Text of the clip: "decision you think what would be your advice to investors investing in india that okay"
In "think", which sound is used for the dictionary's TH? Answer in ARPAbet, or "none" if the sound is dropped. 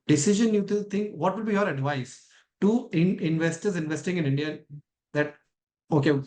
T